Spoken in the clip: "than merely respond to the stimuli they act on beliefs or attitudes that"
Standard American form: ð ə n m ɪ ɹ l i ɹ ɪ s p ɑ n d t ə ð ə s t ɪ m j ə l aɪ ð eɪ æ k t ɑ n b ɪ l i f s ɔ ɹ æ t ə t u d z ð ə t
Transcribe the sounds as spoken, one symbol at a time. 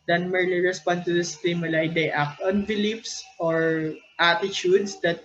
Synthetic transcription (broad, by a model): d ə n m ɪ ɹ l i ɹ ɪ s p ɑ n d t ə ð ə s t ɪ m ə l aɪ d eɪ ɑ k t ɑ n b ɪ l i p s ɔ ɹ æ t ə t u d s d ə t